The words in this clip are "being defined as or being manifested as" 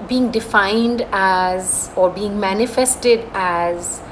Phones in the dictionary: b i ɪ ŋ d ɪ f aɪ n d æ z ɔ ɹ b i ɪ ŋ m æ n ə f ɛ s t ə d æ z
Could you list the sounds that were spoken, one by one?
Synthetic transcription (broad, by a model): b i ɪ ŋ d ɪ f aɪ n d æ z ɔ ɹ b i ɪ ŋ m æ n ə f ɛ s t ə d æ z